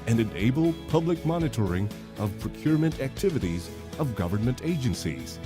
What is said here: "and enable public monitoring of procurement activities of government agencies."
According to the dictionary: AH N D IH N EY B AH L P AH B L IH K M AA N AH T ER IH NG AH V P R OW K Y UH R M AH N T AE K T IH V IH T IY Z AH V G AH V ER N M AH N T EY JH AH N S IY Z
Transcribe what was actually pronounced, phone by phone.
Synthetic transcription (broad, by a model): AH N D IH N EY B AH L P AH B L IH K M AA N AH T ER IH NG AH V P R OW K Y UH R M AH N T AE K T IH V IH T IY Z AH V G AH V ER N M AH N T EY JH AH N S IY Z